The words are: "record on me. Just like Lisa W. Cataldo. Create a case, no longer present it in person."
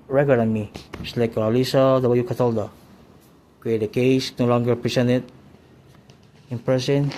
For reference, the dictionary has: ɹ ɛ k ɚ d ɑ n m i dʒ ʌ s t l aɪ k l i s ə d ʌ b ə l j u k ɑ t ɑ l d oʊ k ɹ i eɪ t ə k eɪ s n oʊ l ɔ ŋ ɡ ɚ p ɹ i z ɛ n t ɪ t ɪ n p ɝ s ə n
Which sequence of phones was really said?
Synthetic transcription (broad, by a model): ɹ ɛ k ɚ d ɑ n m i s l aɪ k l i s ə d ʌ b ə j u k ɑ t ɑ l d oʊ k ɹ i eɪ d ə k eɪ s n oʊ l ɔ ŋ ɡ ɚ p ɹ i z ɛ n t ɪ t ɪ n p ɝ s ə n